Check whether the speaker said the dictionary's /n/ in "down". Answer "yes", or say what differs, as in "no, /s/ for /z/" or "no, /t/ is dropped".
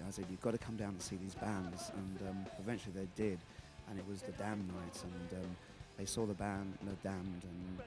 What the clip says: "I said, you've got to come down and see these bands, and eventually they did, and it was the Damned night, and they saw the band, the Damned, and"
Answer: no, /n/ is dropped